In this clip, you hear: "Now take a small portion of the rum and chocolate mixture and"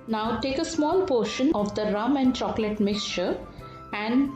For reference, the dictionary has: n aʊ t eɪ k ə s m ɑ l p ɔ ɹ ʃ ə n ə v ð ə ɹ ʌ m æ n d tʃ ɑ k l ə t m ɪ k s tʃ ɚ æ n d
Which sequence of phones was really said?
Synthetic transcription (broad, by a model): n aʊ t eɪ k ə s m ɑ l p ɔ ɹ ʃ ə n ə v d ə ɹ ʌ m æ n d tʃ ɑ k l ə t m ɪ k s tʃ ɚ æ n d